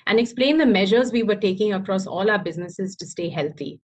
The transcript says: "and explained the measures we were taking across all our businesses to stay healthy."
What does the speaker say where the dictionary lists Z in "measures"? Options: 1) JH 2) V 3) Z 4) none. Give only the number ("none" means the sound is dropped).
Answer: 3